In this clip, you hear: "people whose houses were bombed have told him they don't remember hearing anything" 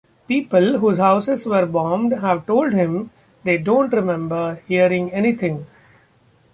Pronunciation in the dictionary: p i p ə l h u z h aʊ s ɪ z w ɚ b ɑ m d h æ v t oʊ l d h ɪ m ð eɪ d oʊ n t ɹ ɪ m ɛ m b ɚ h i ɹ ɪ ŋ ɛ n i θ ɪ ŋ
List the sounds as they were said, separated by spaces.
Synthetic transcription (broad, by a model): p i p ə l h u z h aʊ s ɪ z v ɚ b ɑ m d h æ v t oʊ l d h ɪ m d eɪ d oʊ n t ɹ ɪ m ɛ m b ɚ h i ɹ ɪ ŋ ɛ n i t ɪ ŋ